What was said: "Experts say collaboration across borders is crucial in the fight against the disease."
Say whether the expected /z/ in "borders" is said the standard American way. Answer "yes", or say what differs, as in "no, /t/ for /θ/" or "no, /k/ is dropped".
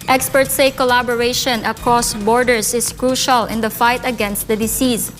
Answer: no, /s/ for /z/